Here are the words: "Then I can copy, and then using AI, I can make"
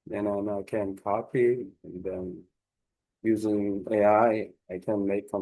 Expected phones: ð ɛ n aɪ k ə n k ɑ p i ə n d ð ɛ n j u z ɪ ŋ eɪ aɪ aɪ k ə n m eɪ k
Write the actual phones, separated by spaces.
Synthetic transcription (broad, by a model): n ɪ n aɪ k ə n k ɑ p i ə n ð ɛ n j u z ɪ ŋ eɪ aɪ aɪ k ə n m eɪ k